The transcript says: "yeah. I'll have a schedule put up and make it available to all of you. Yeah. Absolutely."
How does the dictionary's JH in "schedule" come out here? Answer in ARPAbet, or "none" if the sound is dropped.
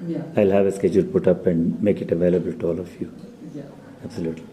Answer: JH